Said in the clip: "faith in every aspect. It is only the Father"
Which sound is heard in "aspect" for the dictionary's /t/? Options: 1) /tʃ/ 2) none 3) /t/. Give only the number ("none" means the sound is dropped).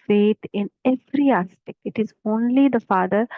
2